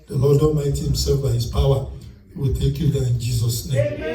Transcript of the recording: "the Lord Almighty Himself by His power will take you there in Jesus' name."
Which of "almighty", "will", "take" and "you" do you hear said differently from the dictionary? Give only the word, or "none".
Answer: almighty